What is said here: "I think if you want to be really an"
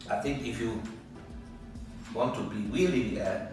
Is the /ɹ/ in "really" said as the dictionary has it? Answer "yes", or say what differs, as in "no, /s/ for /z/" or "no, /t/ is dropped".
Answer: no, /w/ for /ɹ/